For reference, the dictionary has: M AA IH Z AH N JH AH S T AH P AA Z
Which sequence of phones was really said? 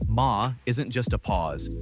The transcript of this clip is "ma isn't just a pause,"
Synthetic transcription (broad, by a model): M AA IH Z AH N JH AH S T AH P AA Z